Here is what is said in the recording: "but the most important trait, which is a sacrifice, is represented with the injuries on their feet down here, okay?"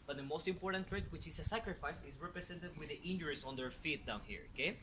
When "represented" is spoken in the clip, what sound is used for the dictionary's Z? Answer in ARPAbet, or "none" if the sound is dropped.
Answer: S